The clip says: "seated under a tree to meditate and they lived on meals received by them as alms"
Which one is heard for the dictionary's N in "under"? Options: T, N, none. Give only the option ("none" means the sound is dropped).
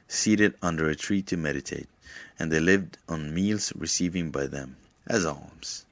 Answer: N